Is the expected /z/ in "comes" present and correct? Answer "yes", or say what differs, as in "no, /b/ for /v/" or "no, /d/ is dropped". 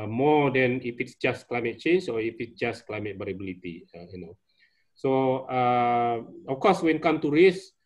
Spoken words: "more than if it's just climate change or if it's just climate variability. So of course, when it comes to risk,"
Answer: no, /z/ is dropped